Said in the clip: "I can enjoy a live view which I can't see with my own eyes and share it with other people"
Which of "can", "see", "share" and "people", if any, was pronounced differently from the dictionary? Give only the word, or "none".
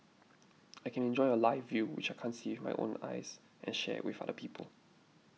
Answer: share